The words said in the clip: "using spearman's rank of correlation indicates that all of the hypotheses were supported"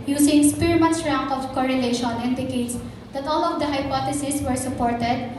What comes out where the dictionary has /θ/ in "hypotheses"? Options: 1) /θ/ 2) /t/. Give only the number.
2